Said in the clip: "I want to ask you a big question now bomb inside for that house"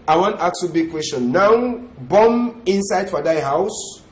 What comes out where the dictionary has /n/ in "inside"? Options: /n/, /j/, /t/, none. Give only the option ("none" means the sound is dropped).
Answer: /n/